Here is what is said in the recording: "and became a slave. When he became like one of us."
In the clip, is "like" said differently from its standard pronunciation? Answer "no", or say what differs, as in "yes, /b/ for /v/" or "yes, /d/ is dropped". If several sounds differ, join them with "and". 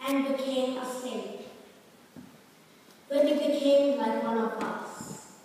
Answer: yes, /w/ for /l/